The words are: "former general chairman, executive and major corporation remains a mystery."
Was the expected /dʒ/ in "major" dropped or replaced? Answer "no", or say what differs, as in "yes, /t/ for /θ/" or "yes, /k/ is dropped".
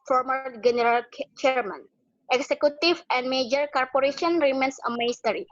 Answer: no